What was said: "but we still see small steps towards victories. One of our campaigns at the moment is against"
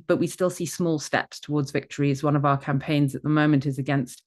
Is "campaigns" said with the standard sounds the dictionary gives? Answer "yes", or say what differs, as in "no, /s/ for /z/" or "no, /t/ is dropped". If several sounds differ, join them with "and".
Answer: yes